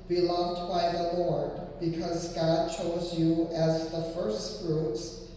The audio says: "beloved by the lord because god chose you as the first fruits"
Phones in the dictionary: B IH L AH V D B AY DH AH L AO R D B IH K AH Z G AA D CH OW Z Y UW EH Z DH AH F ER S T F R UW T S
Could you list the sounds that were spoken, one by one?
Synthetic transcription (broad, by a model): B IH L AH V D B AY DH AH L AO R D B IH K AH Z G AA D CH OW Z Y UW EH Z DH AH F ER S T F R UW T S